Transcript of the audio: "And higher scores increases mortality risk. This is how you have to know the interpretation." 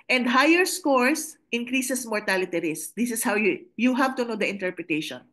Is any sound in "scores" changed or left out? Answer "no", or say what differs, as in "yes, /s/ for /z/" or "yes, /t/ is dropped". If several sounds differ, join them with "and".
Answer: yes, /s/ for /z/